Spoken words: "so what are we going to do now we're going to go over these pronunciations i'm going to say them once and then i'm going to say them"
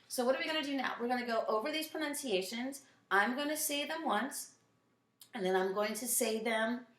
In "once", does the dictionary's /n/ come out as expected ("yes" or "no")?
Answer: yes